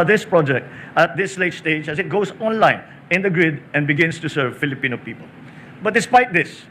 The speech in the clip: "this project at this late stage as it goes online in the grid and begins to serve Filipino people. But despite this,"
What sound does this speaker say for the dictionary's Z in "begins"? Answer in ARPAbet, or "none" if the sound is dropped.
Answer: S